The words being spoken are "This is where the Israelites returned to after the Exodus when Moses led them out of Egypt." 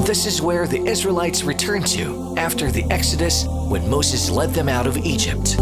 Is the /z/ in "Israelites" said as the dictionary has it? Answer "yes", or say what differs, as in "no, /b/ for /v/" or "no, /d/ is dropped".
yes